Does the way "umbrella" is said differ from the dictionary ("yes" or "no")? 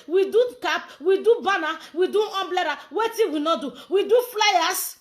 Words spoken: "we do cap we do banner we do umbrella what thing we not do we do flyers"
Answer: yes